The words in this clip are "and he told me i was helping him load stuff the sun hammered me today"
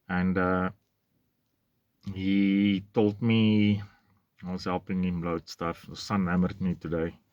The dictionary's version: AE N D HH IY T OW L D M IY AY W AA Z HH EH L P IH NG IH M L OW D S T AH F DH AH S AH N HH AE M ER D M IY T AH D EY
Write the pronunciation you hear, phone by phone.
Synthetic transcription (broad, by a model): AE N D HH IY T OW L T M IY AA S HH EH L P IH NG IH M L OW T S T AH F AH S AH N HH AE M ER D M IY T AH D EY